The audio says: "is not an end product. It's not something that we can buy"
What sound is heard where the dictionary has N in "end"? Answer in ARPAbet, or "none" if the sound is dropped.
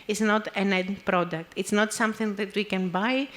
none